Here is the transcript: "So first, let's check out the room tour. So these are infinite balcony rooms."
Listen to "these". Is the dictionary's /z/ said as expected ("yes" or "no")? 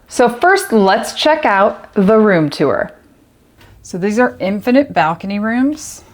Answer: yes